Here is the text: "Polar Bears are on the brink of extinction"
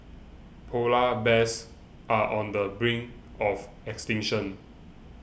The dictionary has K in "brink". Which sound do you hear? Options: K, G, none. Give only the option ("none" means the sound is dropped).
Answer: none